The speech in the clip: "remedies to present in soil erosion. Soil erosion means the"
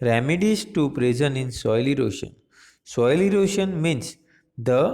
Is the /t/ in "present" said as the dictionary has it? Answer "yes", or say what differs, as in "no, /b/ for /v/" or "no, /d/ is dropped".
no, /t/ is dropped